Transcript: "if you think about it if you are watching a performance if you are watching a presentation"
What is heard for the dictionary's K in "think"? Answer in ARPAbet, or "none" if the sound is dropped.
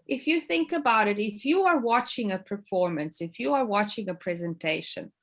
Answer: K